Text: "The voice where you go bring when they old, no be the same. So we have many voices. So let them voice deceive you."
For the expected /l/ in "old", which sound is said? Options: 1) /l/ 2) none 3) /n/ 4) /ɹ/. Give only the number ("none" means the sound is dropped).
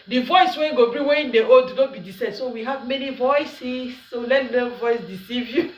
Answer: 2